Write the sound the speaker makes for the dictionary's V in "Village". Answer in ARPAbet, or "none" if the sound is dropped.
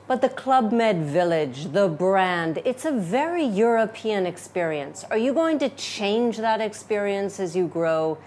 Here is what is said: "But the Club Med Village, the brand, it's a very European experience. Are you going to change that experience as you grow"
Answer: V